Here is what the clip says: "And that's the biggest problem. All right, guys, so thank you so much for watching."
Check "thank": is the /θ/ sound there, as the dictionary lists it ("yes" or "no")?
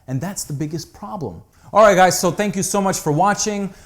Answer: yes